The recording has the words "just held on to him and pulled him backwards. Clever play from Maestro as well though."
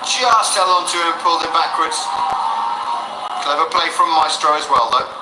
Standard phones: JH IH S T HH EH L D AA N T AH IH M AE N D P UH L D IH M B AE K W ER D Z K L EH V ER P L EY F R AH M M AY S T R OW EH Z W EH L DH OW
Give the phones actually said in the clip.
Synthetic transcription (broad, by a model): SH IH S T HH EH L AA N T AH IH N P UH L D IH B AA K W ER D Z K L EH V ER P L EY F R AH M M AY S T R OW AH Z W EH L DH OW